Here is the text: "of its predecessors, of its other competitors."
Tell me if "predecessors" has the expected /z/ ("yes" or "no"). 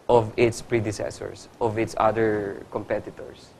no